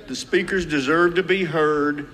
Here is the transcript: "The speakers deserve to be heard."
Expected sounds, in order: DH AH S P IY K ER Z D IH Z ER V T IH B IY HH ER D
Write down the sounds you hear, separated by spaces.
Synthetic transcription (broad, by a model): DH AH S P IY K ER Z D IH Z ER V T IH B IY HH ER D